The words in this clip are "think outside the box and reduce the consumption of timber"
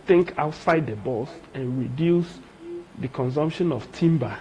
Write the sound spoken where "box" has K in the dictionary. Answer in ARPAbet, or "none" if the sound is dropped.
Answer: none